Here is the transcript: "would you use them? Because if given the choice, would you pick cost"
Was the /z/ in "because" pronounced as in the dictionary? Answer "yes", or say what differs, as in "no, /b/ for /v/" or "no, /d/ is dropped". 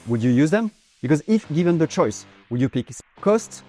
yes